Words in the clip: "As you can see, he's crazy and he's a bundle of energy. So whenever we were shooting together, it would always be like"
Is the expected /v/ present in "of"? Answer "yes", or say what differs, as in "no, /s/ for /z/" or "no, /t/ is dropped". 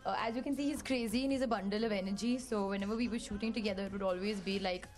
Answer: yes